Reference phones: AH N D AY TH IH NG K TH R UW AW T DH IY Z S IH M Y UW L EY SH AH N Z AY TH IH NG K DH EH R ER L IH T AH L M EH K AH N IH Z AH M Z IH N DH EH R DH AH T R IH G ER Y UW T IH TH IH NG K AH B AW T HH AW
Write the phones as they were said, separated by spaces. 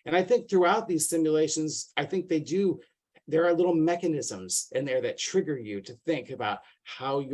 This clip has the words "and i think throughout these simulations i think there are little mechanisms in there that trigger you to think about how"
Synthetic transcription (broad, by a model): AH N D AY TH IH NG K TH R UW AW T DH IY Z S IH M Y UW L EY SH AH N Z AY TH IH NG K DH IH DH ER L IH T L M EH K AH N IH Z AH M Z IH N DH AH R DH AH T R IH G ER Y UW T IH TH IH NG K AH B AW T HH AW